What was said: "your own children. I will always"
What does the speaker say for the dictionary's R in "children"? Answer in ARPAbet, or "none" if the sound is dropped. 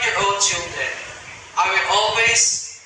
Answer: none